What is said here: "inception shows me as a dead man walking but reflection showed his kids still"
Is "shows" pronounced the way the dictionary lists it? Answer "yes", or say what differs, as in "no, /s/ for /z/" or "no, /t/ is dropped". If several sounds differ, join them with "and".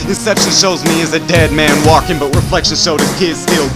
yes